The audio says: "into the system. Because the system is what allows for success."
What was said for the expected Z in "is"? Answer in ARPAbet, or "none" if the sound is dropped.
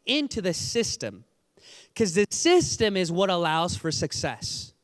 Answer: Z